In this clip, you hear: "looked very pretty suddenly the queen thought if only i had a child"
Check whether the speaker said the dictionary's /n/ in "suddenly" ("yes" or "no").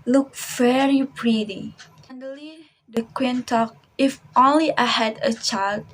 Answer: no